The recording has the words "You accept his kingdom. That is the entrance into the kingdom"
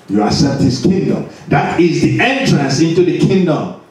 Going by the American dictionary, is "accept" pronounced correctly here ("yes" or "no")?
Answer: no